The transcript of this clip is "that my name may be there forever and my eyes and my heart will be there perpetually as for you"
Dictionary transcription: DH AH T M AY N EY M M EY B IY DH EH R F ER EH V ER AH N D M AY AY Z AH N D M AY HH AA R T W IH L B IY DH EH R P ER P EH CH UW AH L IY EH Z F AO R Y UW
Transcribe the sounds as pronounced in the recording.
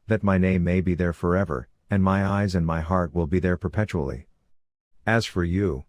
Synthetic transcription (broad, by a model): DH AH T M AY N EY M M EY B IY DH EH R F ER EH V ER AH N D M AY AY Z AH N M AY HH AA R T W IH L B IY DH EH R P ER P EH CH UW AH L IY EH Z F AO R Y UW